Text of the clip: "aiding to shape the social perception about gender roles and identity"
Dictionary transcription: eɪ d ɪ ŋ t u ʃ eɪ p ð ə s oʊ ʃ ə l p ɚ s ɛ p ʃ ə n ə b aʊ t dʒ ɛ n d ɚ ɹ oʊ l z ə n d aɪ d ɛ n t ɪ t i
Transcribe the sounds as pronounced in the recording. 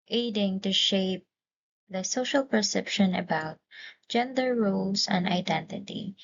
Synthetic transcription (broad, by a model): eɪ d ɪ ŋ t u ʃ eɪ p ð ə s oʊ ʃ ə l p ɚ s ɛ p ʃ ə n ə b aʊ t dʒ ɛ n d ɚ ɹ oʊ l s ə n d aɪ d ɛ n t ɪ t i